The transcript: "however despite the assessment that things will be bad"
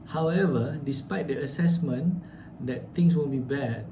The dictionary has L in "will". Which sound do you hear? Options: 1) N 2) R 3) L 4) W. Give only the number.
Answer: 1